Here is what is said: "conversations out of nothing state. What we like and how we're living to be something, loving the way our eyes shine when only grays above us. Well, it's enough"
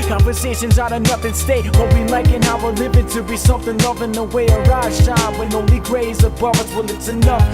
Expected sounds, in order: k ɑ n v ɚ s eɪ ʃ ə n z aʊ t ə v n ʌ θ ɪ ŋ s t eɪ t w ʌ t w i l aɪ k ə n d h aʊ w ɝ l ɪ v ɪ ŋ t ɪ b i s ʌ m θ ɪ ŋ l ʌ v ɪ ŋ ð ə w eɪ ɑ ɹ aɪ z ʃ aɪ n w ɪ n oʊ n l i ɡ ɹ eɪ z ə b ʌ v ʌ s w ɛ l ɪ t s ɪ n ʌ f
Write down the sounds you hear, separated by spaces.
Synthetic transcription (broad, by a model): k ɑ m v ɚ s eɪ ʃ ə n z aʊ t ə n ʌ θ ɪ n s t eɪ t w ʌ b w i l aɪ k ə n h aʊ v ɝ l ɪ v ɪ t ɪ b i s ʌ m θ ɪ ŋ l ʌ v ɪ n ð ə w eɪ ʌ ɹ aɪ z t aɪ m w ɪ n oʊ l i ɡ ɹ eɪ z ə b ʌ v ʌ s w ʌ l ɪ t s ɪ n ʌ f